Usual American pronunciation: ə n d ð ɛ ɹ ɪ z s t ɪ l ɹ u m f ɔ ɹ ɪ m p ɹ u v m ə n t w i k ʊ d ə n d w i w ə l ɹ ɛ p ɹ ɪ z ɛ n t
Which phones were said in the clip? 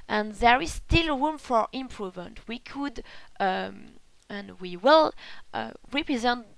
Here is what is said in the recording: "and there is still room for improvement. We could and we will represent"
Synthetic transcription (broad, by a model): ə n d ð ɛ ɹ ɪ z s t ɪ l ɹ u m f ɔ ɹ ɪ m p ɹ u v m ə n t w i k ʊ d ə n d w i w ə l ɹ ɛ p ɹ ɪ z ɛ n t